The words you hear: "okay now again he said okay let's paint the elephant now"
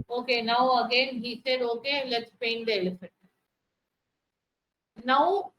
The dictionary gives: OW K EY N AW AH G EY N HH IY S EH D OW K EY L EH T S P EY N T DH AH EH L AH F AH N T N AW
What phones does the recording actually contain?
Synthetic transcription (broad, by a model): OW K EY N AW AH G EY N HH IY S EH D OW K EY L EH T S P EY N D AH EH L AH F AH T N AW